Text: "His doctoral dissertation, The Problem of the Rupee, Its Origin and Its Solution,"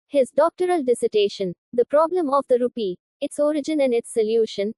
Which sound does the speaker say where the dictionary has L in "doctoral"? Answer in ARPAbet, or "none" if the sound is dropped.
L